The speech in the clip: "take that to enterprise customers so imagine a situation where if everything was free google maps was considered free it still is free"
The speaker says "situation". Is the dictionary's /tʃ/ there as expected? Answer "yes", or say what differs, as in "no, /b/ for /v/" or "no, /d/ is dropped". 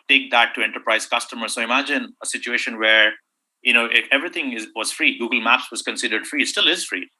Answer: yes